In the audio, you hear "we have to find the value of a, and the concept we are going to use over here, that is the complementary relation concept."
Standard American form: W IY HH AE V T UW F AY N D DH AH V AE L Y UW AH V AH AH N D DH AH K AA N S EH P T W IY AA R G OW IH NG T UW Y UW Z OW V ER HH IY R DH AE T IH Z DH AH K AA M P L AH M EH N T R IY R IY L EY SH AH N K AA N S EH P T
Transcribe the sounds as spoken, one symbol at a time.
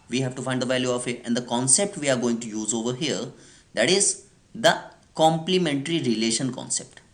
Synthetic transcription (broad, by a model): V IY HH AE V T UW F AY N D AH V AE L Y UW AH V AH AH N D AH K AA N S EH P T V IY AA R G OW IH NG T UW Y UW Z OW V ER HH IY R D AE T IH Z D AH K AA M P L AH M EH N T R IY R IY L EY SH AH N K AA N S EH P T